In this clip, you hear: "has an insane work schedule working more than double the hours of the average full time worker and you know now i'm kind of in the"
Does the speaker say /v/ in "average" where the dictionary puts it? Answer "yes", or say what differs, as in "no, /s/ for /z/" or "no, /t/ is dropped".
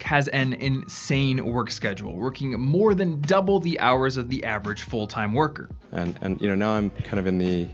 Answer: yes